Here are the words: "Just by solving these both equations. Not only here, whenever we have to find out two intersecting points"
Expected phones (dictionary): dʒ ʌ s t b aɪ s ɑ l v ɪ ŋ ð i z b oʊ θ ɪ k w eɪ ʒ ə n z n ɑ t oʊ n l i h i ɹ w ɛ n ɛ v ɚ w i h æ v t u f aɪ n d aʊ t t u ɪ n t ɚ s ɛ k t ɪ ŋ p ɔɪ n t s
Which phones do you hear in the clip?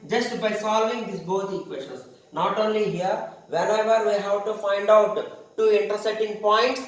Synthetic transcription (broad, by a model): dʒ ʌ s t b aɪ s ɑ l v ɪ ŋ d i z b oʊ t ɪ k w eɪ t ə n s n ɑ t oʊ n l i h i ɹ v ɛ n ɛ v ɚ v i h æ v t u f aɪ n d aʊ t t u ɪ n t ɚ s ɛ t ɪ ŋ p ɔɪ n t s